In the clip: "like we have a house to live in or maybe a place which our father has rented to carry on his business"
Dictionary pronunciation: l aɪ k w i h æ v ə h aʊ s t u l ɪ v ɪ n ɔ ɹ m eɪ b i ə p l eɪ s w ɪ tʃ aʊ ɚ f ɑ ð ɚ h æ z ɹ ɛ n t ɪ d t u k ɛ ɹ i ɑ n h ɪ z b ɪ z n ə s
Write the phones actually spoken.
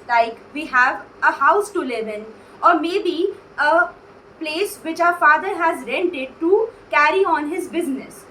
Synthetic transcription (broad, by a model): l aɪ k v i h æ v ə h aʊ s t u l ɪ v ɪ n ɔ ɹ m eɪ b i ə p l eɪ s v ɪ tʃ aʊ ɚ f ɑ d ɚ h æ z ɹ ɛ n t ɪ d t u k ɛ ɹ i ɑ n h ɪ z b ɪ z n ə s